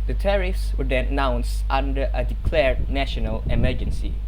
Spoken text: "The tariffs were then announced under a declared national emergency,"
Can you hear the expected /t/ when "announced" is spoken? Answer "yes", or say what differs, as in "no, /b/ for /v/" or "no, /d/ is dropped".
yes